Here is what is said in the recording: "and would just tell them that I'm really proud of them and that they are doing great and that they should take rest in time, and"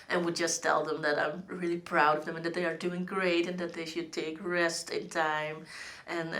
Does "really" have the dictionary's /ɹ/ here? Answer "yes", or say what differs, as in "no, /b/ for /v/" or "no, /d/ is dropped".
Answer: yes